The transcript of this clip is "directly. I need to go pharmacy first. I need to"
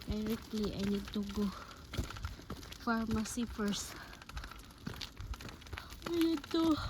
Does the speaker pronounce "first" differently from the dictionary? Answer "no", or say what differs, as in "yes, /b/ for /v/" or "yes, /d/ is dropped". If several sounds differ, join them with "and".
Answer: yes, /t/ is dropped